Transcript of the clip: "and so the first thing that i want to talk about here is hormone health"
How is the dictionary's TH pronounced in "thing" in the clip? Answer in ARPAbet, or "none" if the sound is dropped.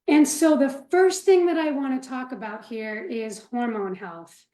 TH